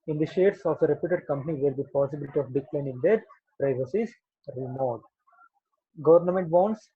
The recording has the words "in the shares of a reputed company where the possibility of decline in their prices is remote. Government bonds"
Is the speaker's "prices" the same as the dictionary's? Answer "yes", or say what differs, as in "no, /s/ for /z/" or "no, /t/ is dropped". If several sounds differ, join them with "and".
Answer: no, /s/ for /z/